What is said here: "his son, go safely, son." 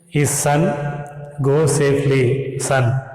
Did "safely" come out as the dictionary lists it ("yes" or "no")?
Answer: no